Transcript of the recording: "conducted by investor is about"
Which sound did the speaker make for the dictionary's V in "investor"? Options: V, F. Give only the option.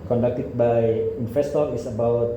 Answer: F